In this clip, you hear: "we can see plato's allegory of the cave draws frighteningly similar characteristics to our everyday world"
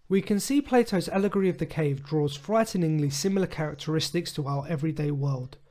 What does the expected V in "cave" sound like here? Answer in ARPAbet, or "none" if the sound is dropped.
V